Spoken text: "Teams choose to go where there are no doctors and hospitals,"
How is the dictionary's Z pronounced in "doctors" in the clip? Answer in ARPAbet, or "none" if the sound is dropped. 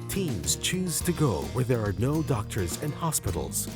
Z